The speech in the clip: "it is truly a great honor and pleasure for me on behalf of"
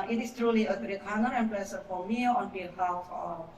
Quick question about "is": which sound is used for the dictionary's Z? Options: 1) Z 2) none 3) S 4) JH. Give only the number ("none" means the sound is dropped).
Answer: 3